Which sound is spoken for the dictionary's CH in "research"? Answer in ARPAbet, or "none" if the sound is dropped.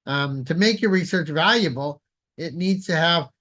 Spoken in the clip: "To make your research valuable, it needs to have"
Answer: CH